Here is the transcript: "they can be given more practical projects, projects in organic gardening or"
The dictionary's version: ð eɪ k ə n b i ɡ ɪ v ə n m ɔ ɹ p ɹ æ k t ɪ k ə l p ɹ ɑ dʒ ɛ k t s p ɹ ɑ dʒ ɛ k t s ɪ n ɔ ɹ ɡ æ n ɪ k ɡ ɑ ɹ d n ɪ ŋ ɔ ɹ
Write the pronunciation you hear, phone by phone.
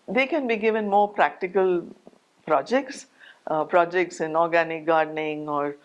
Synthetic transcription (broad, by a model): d eɪ k ə n b i ɡ ɪ v ə n m ɔ ɹ p ɹ æ k t ɪ k ə l p ɹ ɑ dʒ ɛ k t s p ɹ ɑ dʒ ɛ k t s ɪ n ɔ ɹ ɡ æ n ɪ k ɡ ɑ ɹ d n ɪ ŋ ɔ ɹ